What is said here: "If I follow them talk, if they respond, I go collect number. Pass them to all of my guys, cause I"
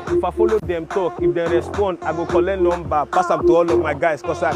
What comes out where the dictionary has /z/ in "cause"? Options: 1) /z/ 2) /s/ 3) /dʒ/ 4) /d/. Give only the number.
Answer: 2